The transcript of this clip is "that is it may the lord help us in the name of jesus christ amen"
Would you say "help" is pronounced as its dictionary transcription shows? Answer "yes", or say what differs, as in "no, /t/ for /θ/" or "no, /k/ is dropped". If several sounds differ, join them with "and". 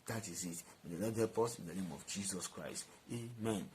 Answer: no, /l/ is dropped